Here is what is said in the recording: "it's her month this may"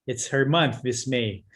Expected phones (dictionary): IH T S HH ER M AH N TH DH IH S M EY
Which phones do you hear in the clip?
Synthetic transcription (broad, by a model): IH T S HH ER M AH N TH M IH S M EY